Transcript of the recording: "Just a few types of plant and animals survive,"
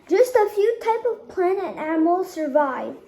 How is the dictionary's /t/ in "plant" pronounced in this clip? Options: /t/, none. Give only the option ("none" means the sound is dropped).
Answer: none